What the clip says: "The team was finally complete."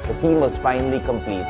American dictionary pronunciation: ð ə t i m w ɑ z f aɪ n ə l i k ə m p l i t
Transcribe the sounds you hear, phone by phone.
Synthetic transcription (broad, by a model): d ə t i m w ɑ s f aɪ n ə l i k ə m p l i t